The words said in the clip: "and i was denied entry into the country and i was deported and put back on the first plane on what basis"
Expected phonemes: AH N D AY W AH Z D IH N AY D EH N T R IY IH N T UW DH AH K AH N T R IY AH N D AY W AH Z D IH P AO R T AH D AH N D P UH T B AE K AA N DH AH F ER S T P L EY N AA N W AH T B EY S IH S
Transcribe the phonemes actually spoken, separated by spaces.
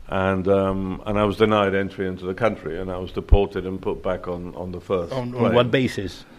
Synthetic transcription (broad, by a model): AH N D AY W AH Z D IH N AY D EH N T R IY IH N T UW DH AH K AH N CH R IY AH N AY W AH Z D IH P AO R T AH D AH N P UH T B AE K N N DH AH F ER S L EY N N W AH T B EY S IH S